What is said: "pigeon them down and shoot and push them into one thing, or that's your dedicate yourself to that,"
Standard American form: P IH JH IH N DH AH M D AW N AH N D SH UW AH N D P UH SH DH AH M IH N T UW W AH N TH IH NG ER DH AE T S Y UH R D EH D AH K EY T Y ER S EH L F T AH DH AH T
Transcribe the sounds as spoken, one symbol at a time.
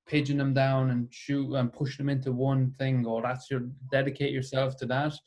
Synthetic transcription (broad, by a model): P IH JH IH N DH AH M D AW N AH N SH UW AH N P UH SH DH AH M IH N T UW W AH N TH IH NG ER DH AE T S Y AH R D EH D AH K EY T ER S EH L F T AH DH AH T